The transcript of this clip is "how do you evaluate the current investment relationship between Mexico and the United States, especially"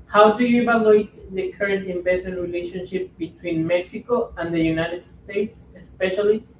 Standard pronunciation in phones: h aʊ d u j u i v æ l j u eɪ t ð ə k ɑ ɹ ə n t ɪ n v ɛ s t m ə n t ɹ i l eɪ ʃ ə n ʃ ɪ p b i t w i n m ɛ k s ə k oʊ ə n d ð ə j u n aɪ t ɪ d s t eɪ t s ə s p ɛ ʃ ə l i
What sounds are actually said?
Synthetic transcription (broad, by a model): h aʊ d u j u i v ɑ l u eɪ t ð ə k ɑ ɹ ə n t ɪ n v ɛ s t m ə n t ɹ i l eɪ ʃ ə n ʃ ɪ p b i t w i n m ɛ k s ə k oʊ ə n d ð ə j u n aɪ t ɪ d s t eɪ t s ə s p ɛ ʃ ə l i